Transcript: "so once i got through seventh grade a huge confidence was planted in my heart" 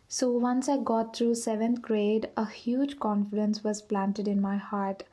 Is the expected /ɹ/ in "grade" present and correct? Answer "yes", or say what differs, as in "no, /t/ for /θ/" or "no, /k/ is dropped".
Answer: yes